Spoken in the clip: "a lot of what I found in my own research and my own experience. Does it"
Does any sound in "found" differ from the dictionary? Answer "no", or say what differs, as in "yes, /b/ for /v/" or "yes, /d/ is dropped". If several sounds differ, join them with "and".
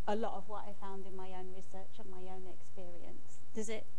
no